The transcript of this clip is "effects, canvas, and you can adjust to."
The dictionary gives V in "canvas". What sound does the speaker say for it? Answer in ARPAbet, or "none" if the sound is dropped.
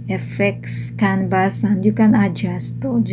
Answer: B